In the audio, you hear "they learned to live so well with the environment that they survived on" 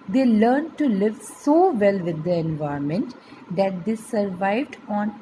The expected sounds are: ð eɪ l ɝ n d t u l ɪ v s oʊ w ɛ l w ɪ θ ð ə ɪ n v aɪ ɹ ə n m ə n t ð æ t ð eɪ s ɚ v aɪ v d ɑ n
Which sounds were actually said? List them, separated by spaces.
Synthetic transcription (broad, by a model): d eɪ l ɝ n d t u l ɪ v s oʊ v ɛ l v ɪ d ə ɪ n v aɪ ə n m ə n t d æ t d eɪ s ɚ v aɪ v d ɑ n